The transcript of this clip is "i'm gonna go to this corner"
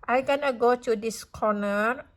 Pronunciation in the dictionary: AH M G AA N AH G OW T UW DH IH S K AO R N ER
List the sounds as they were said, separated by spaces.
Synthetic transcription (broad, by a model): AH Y G AA N AH G OW T UW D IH S K AO N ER